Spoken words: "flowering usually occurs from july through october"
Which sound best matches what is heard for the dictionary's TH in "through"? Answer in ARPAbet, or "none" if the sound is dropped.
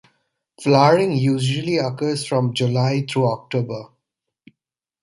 T